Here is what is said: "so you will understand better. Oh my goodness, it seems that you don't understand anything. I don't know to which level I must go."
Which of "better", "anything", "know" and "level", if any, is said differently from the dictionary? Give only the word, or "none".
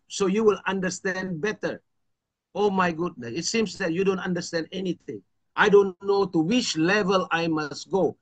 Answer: anything